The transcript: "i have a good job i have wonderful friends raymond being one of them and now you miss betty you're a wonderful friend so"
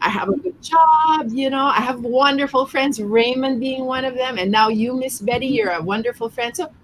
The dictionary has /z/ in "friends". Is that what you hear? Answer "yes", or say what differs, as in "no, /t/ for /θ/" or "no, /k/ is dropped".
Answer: yes